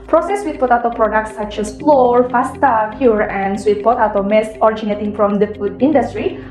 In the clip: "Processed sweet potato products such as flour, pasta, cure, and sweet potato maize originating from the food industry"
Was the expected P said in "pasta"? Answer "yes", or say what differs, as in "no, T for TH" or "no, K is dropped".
no, F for P